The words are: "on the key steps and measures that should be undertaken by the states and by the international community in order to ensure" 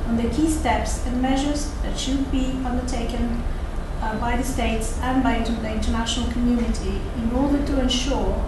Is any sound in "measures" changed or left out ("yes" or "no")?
no